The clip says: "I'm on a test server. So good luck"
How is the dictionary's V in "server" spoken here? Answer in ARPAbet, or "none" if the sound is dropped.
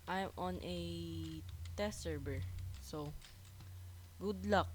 B